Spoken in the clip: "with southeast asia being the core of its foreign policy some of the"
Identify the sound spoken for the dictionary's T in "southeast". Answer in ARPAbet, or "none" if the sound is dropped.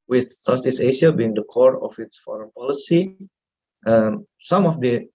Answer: none